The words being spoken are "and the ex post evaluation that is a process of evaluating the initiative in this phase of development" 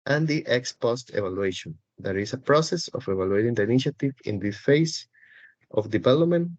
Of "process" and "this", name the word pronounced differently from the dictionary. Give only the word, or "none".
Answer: this